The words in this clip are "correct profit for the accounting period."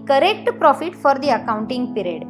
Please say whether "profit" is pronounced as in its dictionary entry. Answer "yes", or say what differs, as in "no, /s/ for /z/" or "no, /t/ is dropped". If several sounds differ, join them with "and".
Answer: yes